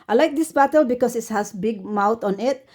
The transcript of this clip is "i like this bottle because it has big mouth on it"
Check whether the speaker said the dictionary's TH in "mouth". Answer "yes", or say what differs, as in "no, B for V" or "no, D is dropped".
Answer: no, T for TH